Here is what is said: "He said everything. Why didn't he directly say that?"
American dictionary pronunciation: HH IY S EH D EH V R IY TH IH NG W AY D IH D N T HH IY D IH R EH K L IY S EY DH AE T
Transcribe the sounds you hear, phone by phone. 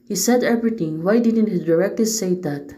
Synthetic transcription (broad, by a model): HH IY S EH D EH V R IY T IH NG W AY D IH D N T HH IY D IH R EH K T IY S EY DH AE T